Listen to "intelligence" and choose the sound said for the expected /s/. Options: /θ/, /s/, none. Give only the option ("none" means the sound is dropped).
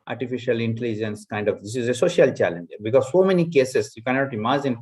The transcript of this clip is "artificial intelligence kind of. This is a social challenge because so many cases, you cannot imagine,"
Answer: /s/